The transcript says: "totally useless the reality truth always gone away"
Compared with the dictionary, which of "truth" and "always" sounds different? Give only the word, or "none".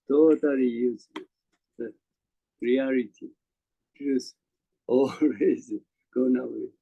truth